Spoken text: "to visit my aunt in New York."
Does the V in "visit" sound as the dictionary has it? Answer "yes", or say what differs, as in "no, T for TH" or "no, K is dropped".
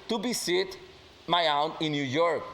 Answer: no, B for V